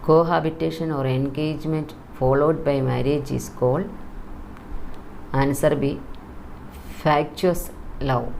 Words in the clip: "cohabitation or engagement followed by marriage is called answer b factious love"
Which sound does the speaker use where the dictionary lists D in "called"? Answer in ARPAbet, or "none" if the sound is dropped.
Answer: none